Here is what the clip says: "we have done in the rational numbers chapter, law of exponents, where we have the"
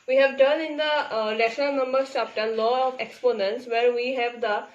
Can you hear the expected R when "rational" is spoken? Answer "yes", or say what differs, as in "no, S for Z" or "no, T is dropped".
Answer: no, L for R